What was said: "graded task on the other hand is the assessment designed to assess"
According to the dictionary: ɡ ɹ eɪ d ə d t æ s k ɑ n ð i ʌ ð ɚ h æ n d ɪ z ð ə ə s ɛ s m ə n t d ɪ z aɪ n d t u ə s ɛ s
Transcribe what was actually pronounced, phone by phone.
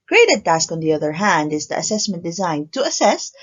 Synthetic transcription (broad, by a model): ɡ ɹ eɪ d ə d t æ s k ɑ n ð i ʌ ð ɚ h æ n d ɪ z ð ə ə s ɛ s m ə n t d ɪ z aɪ n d t u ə s ɛ s